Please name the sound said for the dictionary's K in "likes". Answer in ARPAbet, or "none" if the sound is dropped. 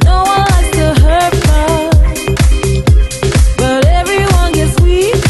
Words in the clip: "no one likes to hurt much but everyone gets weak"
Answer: none